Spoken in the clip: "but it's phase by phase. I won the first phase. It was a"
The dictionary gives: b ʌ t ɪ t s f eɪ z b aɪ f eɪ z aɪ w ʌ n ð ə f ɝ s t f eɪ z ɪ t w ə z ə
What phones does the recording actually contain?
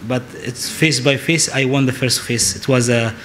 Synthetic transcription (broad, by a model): b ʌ t ɪ t s f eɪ s b aɪ f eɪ s aɪ w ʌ n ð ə f ɝ s t f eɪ s ɪ t w ə z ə